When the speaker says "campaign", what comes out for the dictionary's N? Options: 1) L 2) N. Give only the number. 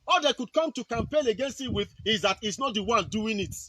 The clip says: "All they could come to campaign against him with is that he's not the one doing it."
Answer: 1